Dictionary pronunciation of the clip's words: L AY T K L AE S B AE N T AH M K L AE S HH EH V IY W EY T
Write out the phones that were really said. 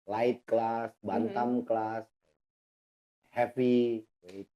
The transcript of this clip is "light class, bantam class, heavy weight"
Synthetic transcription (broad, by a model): L AY T K L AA S B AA N T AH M K L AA S HH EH P IY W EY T